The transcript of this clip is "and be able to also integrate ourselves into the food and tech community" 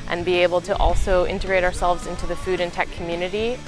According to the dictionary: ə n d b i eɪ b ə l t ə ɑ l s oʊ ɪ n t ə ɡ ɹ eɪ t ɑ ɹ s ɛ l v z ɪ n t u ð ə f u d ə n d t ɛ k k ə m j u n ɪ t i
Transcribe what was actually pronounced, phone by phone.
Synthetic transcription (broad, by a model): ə n b i eɪ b l t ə ɑ l s oʊ ɪ n t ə ɡ ɹ eɪ t ɑ ɹ s ɛ l v z ɪ n t u ð ə f u d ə n t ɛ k k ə m j u n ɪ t i